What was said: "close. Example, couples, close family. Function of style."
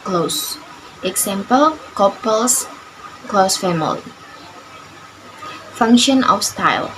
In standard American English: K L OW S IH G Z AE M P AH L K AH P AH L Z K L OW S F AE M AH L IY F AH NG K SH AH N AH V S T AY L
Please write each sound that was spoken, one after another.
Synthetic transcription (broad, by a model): K L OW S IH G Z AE M P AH L K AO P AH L S K L OW S F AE M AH L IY F AH NG K SH AH N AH F S T AY L